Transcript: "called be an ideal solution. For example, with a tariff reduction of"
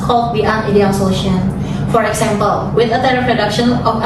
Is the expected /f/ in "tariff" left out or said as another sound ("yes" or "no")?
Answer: yes